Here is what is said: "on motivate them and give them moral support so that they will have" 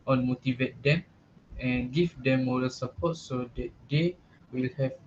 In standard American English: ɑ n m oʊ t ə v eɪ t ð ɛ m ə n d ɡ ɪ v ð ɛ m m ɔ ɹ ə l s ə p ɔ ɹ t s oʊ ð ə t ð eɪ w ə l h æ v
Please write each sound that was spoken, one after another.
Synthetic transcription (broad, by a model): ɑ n m oʊ t ə v eɪ t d ɛ m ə n ɡ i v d ɛ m m ɔ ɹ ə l s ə p ɔ t s oʊ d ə t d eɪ w ə l h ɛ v